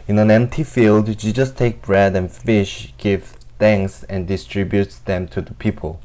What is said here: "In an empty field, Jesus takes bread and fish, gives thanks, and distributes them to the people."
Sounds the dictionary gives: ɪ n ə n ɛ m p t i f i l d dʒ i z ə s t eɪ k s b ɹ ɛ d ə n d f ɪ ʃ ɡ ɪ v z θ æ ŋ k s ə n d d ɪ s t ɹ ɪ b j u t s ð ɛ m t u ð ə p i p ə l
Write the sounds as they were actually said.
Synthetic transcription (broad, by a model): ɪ n ə n ɛ m p t i f i l d ʃ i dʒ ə s t eɪ k b ɹ ɛ d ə n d f ɪ ʃ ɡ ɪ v θ æ ŋ k s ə n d d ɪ s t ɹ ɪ b j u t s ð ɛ m t u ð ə p i p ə l